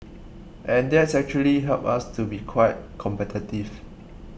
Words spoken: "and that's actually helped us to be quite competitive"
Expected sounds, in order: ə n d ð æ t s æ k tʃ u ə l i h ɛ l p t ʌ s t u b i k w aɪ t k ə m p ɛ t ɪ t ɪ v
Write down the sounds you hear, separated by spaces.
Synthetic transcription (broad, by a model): ə n d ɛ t s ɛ k tʃ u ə l i h ɛ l p ɑ s t u b i k w aɪ t k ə m p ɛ t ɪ t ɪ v